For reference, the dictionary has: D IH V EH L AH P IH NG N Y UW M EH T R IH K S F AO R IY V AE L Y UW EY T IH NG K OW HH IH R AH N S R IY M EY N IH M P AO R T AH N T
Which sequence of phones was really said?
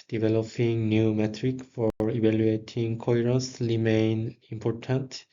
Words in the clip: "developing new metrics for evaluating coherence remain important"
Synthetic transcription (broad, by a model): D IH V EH L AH P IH NG N Y UW M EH T R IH K F AO R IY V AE L Y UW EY T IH NG K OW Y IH R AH S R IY M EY N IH M P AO R T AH N T